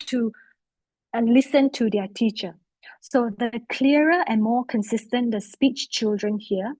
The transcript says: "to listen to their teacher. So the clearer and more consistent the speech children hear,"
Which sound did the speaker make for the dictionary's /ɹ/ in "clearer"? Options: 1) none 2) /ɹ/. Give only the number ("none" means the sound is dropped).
1